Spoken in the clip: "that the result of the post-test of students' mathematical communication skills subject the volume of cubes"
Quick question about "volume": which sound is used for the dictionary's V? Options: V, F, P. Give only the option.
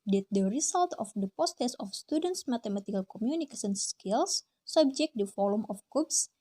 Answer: F